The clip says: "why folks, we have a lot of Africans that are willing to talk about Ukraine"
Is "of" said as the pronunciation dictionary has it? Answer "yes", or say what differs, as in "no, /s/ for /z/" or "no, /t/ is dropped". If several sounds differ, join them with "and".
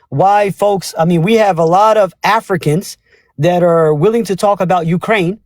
yes